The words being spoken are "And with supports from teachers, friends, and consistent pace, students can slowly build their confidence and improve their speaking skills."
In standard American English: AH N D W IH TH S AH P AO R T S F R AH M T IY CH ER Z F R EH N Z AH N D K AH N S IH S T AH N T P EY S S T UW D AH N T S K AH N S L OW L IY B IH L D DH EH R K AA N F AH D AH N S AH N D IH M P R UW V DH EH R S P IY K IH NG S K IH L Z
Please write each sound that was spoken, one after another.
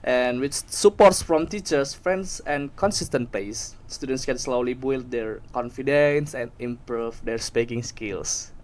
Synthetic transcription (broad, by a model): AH N W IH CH S AH P AO R T S F R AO M T IY CH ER S F R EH N S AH N K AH N S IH S T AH N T P EY S S T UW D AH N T S K AH N S L OW L IY B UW L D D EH R K AA N F AH D AH N S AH N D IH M P R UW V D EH R S P IY K IH NG S K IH L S